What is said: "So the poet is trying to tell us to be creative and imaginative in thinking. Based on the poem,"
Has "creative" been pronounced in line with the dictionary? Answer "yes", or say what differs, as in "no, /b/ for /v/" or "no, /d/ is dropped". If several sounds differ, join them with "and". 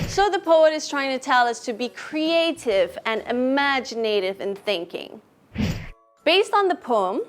yes